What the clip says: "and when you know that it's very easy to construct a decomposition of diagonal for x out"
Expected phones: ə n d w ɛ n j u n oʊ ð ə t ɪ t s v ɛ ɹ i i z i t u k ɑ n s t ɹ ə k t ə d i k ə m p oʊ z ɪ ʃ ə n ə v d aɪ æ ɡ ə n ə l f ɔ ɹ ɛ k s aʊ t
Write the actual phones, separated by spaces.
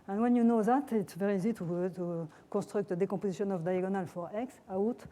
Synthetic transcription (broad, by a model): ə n w ɛ n j u n oʊ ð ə t ɪ t s v ɛ ɹ i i z i t u k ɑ s t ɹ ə k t ə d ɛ k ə p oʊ z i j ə n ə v d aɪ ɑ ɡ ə n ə l f ɔ ɹ ɛ k s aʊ t